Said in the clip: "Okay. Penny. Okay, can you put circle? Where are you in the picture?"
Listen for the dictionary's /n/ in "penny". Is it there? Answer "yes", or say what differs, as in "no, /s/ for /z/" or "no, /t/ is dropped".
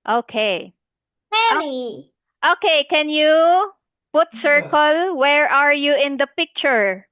no, /n/ is dropped